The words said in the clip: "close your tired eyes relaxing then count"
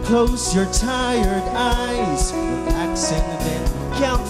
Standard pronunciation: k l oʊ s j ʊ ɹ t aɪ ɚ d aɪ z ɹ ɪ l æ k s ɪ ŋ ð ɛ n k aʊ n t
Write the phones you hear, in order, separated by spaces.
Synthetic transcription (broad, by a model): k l oʊ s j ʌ ɹ t aɪ ɚ d aɪ z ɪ æ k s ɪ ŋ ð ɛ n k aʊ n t